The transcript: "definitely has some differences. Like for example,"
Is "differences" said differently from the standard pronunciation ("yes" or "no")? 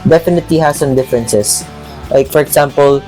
yes